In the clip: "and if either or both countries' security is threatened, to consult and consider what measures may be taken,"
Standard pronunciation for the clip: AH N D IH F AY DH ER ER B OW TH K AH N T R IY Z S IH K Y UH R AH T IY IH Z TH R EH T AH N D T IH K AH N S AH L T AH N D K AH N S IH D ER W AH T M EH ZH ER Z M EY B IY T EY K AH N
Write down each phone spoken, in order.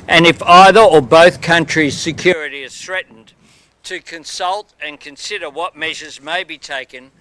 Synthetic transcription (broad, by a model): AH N IH F AY DH ER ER B OW TH K AH N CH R IY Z S IH K Y UH R AH T IY IH Z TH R EH T N T IH K AH N S AH L T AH N K AH N S IH D ER W AH T M EH ZH ER Z M EY B IY T EY K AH N